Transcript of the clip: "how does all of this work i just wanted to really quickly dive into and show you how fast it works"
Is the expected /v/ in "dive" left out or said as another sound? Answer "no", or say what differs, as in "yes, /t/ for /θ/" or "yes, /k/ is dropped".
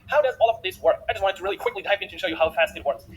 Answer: yes, /p/ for /v/